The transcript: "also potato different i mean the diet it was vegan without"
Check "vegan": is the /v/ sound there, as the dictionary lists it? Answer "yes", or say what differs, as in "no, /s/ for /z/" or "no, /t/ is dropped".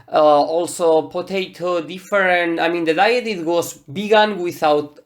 no, /b/ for /v/